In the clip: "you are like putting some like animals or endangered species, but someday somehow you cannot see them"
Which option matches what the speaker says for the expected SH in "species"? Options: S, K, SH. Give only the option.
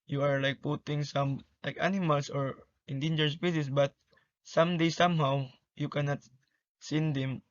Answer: S